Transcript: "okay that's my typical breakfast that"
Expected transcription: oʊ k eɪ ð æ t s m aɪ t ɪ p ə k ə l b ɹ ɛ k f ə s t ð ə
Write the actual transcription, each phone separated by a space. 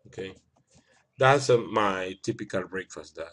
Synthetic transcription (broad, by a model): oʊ k eɪ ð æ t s m aɪ t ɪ p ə k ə l b ɹ ɛ k f ə s t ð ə